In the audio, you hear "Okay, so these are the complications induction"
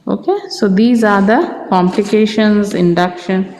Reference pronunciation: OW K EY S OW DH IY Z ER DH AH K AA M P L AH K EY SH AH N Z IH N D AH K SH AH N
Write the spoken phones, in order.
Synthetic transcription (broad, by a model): OW K EY S OW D IY Z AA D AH K AA M P L AH K EY SH AH N Z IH N D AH K SH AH N